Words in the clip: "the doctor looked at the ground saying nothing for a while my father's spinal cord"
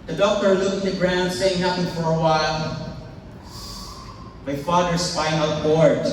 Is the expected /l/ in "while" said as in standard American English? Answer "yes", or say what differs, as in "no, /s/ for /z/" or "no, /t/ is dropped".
yes